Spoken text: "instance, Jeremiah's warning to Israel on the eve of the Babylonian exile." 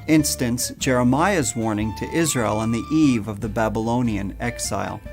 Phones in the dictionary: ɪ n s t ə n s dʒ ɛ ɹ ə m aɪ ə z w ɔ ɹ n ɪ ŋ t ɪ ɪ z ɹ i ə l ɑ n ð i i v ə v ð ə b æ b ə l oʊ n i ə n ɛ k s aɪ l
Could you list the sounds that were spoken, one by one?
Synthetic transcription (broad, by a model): ɪ n s t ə n s dʒ ɛ ɹ ə m aɪ ə z w ɔ ɹ n ɪ ŋ t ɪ ɪ z ɹ i ə l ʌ n ð i i v ə v ð ə b æ b ə l oʊ n i ə n ɛ k s aɪ l